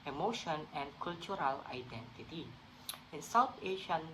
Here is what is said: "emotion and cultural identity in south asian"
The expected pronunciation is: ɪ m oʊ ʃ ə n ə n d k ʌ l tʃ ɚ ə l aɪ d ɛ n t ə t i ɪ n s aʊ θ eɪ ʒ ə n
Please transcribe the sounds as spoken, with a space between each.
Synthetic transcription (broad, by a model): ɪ m oʊ ʃ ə n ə n k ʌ l tʃ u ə l aɪ d ɛ n t ə t i ɪ n s aʊ t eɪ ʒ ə n